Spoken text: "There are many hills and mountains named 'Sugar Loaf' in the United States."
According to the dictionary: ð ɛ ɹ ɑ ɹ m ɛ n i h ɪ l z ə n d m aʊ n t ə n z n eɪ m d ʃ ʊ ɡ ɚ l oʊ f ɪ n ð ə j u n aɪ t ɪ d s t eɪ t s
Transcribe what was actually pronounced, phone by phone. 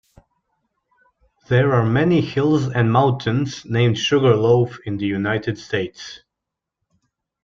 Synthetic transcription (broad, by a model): ð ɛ ɹ ɑ ɹ m ɛ n i h ɪ l z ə n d m aʊ n t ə n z n eɪ m d ʃ ʊ ɡ ɚ l oʊ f ɪ n ð ə j u n aɪ t ɪ d s t eɪ t s